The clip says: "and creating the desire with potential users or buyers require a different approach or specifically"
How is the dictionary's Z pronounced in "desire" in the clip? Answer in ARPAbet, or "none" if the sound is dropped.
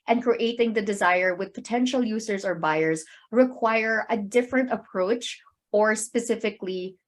Z